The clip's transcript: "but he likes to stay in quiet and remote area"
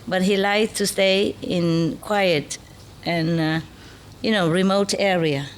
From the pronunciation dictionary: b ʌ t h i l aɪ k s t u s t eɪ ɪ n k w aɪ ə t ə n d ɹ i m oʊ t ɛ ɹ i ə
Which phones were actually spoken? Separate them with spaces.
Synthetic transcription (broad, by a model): b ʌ t h i l aɪ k t u s t eɪ ɪ n k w aɪ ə t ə n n ɹ i m oʊ t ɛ ɹ i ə